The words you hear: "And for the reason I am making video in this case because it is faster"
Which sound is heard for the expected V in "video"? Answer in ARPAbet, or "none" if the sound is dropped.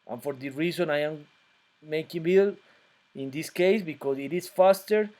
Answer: B